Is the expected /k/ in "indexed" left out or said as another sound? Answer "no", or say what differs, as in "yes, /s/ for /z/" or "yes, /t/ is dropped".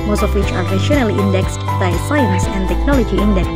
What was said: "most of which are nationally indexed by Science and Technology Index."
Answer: no